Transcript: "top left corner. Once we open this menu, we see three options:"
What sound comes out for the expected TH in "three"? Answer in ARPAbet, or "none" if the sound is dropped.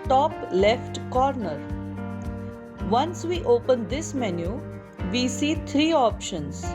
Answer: T